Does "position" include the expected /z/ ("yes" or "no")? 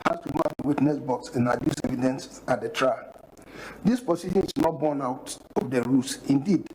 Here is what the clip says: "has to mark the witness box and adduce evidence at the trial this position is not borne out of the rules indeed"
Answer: no